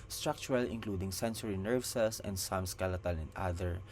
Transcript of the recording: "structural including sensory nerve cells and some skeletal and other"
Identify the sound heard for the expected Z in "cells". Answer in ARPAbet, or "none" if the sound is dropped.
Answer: S